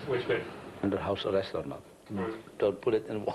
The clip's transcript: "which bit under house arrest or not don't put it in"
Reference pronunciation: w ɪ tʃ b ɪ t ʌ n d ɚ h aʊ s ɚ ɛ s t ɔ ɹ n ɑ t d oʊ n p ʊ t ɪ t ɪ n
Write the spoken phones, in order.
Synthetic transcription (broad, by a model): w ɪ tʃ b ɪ ʌ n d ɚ h aʊ s ɚ ɛ s t ɔ ɹ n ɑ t d oʊ n p ʊ t ɪ t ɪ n